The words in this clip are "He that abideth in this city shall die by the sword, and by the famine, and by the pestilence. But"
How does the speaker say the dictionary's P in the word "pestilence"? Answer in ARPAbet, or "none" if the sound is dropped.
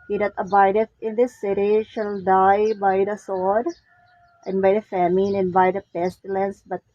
P